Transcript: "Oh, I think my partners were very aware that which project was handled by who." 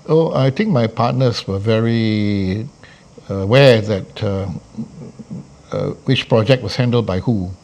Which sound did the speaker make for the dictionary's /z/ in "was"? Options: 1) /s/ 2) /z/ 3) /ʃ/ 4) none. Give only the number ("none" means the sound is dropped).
1